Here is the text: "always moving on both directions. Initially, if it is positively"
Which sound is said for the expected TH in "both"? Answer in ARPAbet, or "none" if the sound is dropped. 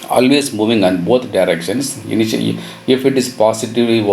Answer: T